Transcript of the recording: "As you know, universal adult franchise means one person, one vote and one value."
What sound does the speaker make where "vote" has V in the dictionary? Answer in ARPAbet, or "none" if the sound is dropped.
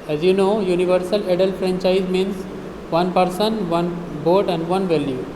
B